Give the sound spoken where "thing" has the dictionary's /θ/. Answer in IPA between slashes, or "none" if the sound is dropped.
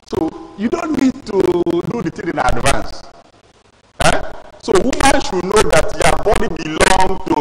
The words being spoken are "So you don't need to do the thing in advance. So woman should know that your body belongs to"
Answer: /t/